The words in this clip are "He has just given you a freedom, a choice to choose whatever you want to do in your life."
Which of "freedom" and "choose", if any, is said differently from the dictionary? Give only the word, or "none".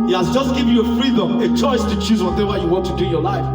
none